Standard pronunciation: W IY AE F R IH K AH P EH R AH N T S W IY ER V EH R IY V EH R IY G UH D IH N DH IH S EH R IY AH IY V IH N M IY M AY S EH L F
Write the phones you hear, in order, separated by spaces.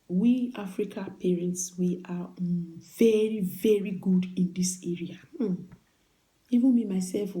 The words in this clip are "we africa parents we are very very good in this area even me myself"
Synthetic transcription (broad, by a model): W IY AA F R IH K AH P EH R AH N T S W IY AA V EH R IY V EH R IY G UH D IH N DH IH S EH R IY AH IY V IH N M IY M AY S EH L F